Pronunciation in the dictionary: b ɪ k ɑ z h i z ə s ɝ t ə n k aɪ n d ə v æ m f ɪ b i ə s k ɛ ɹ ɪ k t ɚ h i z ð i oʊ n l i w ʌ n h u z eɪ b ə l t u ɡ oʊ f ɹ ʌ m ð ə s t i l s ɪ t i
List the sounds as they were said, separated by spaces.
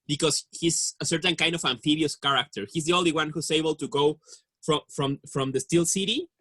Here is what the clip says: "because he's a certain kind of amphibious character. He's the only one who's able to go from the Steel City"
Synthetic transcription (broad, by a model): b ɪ k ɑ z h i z ə s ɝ t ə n k aɪ n d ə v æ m f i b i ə s k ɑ ɹ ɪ k t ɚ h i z ð i oʊ n l i w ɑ n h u s eɪ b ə l t u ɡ oʊ f ɹ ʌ m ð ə s t i l s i t i